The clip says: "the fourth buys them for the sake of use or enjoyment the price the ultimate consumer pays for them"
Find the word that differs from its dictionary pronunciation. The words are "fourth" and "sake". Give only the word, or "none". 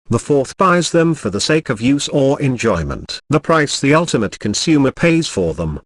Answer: none